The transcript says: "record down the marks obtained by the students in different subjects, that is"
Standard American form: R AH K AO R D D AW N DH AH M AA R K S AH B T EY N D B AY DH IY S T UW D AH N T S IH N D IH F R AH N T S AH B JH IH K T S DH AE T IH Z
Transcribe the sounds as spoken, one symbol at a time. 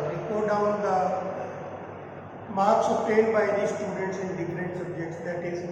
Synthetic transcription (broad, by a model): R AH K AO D D AW N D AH M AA R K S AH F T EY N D B AY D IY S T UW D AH T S IH N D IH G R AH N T S AH B JH IH K T S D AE T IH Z